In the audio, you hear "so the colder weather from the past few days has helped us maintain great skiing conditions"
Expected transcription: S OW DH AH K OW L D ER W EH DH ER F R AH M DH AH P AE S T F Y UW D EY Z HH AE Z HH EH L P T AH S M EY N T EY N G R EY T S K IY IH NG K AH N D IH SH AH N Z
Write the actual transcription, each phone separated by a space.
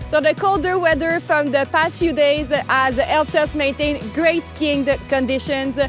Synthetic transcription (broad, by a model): S OW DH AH K OW L D ER W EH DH ER F R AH M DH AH P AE S T F Y UW D EY Z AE Z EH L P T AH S M EY N T EY N G R EY T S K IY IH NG K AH N D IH SH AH N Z